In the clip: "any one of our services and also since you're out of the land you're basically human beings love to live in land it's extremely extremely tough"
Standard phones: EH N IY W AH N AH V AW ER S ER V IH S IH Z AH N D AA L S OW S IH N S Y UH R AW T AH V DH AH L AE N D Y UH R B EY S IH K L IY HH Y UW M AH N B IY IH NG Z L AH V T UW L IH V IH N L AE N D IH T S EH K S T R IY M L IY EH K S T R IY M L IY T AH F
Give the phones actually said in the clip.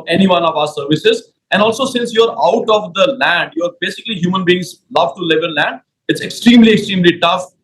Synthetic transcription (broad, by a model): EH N IY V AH N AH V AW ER S ER V IH S IH Z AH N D AA L S OW S IH N S Y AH R AW T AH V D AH L AE N D Y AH R B EY S IH K L IY HH Y UW M AH N B IY IH NG Z L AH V T UW L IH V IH L L AE N D IH T S EH K S T R IY M L IY EH K S T R IY M L IY T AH F